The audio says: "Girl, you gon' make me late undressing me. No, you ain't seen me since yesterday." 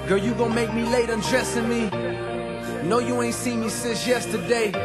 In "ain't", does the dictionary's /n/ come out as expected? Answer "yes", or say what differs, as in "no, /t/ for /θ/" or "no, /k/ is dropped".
yes